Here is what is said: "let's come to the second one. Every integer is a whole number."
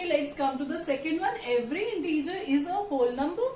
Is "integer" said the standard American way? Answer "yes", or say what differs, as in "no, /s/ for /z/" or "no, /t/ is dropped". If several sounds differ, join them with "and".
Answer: yes